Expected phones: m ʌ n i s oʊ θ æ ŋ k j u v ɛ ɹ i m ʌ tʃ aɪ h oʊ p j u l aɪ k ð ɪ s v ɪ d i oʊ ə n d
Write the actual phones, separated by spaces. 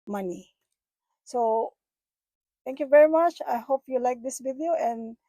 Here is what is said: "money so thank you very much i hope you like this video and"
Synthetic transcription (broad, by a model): m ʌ n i s oʊ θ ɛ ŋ k j u v ɛ ɹ i m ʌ tʃ aɪ h oʊ p j u l aɪ k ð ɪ s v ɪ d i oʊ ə n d